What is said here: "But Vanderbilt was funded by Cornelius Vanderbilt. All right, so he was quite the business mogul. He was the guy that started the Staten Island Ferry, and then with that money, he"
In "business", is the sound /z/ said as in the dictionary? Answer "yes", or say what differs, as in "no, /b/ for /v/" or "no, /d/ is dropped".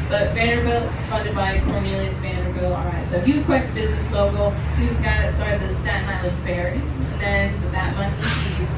yes